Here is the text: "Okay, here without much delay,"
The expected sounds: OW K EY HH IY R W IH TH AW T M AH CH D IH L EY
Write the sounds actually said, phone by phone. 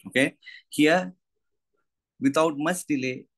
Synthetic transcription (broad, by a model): OW K EY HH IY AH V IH T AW T M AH S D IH L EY